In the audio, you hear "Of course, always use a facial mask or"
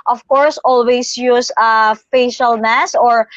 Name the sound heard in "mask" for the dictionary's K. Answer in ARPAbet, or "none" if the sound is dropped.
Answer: none